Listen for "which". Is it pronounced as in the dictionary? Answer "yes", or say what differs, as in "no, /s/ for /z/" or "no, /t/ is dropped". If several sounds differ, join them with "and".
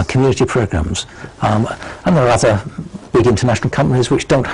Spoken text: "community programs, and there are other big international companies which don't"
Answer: yes